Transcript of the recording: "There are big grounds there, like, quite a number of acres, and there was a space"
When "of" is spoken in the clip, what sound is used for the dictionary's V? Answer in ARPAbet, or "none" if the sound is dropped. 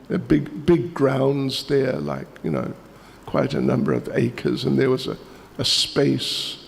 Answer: V